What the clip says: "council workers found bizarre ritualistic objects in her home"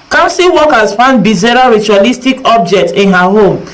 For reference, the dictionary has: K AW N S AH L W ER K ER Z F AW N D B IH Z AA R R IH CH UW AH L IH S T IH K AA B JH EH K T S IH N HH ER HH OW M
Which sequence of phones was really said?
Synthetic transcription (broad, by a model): K AW N S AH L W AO K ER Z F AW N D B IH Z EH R R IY CH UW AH L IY S T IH K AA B JH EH K T IH N HH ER HH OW M